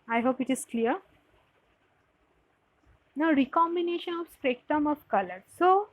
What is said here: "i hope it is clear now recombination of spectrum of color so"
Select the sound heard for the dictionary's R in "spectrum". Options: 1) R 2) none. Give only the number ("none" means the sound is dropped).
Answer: 2